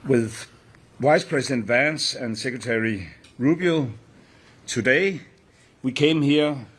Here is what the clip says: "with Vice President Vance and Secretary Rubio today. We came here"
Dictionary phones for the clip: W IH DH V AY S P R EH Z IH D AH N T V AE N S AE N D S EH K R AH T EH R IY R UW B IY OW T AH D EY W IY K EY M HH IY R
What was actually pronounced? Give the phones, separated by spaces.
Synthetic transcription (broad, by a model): W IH DH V AY S P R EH S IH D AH N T V AE N S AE N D S EH K R AH T EH R IY R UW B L T AH D EY W IY K EY M HH IY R